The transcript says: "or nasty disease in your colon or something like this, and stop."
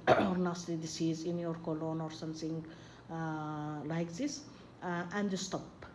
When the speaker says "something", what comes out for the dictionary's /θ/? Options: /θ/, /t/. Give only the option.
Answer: /t/